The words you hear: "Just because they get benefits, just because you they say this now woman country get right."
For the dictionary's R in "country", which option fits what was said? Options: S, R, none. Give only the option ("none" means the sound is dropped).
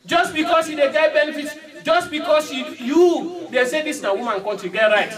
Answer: none